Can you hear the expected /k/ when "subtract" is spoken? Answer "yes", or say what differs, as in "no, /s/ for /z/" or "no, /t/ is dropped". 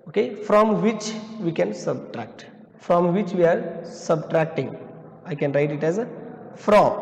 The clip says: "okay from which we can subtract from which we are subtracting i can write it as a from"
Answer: yes